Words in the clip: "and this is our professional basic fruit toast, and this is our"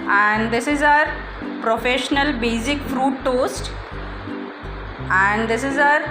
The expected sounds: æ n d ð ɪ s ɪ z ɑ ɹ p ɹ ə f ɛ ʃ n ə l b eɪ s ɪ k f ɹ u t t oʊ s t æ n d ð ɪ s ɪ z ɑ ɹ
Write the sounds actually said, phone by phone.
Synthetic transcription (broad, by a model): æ n d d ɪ s ɪ z ɑ ɹ p ɹ ə f ɛ ʃ n ə l b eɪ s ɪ k f ɹ u t t oʊ s t æ n d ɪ s ɪ z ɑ ɹ